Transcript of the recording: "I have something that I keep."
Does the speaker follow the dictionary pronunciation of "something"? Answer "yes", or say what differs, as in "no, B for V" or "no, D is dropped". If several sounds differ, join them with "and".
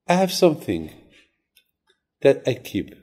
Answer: yes